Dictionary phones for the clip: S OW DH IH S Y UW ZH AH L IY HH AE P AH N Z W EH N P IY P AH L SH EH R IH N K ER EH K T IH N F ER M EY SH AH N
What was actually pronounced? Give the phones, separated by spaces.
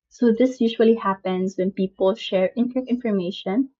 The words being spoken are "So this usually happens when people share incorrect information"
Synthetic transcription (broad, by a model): S OW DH IH S Y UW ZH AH L IY HH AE P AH N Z W EH N P IY P AH L SH EH R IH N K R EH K IH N F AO M EY SH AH N